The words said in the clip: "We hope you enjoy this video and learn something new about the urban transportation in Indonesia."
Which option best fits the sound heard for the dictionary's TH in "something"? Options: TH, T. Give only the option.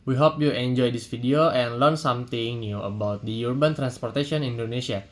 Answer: T